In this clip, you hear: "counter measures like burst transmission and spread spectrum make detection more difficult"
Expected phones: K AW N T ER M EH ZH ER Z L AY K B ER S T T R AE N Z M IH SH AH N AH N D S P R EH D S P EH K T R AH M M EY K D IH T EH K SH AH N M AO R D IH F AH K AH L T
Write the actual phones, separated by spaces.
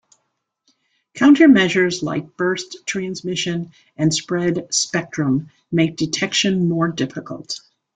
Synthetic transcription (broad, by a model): K AW N T ER M EH ZH ER Z L AY K B ER S T T R AE N Z M IH SH AH N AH N S P R EH D S P EH K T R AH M M EY K D IH T EH K SH AH N M AO R D IH F AH K AH L T